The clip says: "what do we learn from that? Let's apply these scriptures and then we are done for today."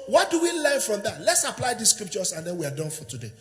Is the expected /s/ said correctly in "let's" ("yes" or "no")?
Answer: yes